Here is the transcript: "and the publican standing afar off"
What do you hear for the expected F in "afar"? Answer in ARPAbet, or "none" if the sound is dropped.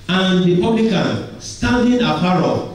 P